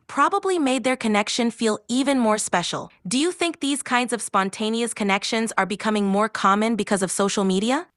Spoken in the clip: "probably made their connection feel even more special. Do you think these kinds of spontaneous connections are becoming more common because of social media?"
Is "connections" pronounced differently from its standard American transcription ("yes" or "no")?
no